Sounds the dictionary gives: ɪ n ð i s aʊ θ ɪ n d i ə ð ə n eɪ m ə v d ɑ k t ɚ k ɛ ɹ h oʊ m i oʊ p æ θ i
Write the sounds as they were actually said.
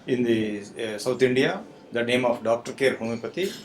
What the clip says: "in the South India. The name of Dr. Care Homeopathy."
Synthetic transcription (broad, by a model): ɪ n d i s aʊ t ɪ n d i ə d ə n eɪ m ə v d ɑ k t ɚ k ɛ ɹ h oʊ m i p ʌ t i